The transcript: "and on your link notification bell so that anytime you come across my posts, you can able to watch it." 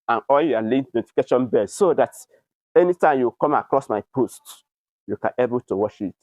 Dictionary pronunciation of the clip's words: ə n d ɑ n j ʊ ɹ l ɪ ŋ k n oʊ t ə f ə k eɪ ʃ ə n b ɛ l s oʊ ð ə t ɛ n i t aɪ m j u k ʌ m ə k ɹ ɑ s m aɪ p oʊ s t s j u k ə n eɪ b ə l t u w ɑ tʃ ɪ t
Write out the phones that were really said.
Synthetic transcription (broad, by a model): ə n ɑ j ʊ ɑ l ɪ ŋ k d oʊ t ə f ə k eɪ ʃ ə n b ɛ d s oʊ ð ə t ɛ n i t aɪ m j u k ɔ m ə k ɹ ɑ s m aɪ p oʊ s t j u k ə n eɪ b ə l t u w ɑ ʃ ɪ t